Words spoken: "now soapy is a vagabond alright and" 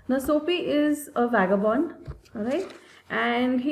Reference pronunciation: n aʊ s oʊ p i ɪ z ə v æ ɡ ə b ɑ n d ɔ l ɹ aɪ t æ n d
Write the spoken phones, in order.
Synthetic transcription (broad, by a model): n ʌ s oʊ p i ɪ z ə v æ ɡ ə b ɑ n d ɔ ɹ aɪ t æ n d